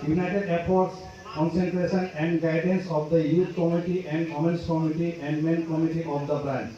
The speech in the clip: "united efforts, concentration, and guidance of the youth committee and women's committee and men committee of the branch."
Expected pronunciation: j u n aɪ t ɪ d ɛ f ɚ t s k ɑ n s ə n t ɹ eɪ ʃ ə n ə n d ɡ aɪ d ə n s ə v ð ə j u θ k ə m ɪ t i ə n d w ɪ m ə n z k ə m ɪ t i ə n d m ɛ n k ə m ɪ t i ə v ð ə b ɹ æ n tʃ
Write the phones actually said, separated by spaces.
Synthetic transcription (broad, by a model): j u n aɪ t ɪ d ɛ p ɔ t s k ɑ n s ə n t ɹ eɪ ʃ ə n ə n d ɡ aɪ d ə n s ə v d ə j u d k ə m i t i ə n d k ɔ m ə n s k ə m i t i ə n d m ɛ n k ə m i t i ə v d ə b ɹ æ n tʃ